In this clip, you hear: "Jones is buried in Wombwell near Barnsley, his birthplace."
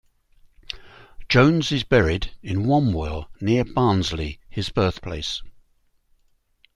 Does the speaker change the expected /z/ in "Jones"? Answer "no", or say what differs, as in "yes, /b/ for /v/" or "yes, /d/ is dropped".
no